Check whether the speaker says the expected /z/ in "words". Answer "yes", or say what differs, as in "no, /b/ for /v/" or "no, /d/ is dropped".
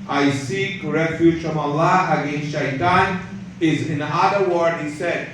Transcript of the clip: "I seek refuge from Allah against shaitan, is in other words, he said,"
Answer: no, /z/ is dropped